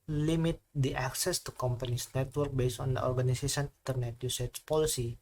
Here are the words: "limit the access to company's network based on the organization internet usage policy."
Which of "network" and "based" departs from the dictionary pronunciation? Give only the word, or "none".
based